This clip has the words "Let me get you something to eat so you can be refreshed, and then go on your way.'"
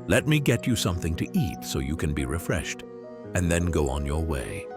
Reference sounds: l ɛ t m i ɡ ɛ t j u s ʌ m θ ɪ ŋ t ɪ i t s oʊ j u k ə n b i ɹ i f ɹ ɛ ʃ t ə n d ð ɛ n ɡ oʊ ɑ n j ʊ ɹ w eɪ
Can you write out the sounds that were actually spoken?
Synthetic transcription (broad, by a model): l ɛ t m i ɡ ɛ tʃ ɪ s ʌ m θ ɪ ŋ t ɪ i t s oʊ j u k ə n b i ɹ i f ɹ ɛ ʃ t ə n ð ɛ n ɡ oʊ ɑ n j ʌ ɹ w eɪ